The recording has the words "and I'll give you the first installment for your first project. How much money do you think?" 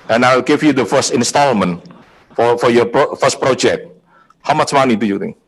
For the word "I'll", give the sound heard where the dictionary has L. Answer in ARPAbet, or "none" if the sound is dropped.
W